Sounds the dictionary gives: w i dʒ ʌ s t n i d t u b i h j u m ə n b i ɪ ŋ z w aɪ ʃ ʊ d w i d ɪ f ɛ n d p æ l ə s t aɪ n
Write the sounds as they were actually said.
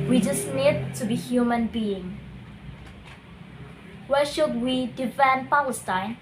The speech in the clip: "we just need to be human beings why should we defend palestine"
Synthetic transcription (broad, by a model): w i dʒ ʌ s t n i d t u b i h j u m ə n b i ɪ ŋ w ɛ ʃ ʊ d w i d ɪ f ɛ n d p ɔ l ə s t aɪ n